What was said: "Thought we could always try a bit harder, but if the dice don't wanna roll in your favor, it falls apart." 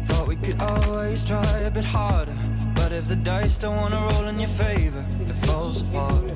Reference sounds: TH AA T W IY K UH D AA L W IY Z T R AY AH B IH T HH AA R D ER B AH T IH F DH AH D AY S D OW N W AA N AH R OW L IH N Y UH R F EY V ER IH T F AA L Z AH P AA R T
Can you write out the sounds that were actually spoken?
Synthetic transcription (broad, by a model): TH AA T W IY K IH D AA L W IY Z T R AY AH B IH T HH AA R D ER B AH T IH F DH AH D AY S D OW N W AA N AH R OW L IH N Y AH R F EY V ER IH T F AA L Z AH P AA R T